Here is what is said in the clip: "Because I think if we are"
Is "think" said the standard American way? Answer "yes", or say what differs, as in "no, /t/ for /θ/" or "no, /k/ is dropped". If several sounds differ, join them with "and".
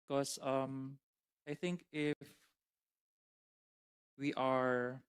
yes